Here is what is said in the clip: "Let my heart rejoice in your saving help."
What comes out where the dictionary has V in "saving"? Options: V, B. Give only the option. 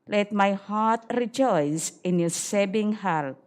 B